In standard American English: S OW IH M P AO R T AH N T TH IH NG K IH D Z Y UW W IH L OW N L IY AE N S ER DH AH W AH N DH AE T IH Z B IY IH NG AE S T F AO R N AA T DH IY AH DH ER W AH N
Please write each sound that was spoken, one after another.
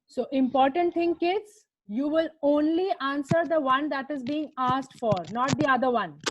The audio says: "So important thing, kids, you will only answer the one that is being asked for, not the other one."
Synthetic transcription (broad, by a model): S OW IH M P AO R T AH N T T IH NG K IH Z Y UW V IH L OW N L IY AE N S ER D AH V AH N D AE T IH Z B IY IH NG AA S T F AO R N AA T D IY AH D ER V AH N